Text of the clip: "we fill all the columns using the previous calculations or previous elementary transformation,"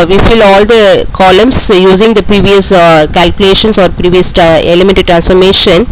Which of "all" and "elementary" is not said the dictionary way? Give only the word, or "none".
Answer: elementary